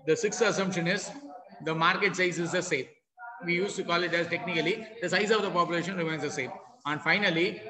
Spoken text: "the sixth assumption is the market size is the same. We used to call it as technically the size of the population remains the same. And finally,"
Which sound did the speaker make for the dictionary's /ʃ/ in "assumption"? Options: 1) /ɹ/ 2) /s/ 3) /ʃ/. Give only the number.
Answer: 3